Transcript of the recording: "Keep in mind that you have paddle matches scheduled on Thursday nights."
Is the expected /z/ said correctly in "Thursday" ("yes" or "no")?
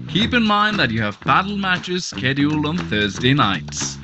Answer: yes